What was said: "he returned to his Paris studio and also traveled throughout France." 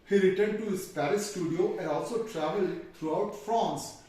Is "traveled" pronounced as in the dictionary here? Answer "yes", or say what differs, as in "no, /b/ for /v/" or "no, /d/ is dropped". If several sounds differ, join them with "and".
yes